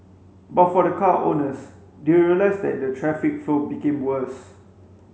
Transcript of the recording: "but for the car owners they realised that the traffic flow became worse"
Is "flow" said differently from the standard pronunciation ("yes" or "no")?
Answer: yes